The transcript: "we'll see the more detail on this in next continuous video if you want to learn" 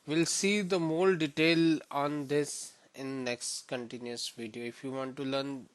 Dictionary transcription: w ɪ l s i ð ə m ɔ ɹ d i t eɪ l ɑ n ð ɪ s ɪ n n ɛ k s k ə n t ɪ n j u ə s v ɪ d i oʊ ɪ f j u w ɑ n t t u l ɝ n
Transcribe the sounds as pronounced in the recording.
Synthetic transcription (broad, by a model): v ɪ l s i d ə m ɔ l d i t eɪ l ɑ n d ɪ s ɪ n n ɛ k s k ə n t ɪ n j u ə s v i d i oʊ ɪ f j u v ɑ n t t u l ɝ n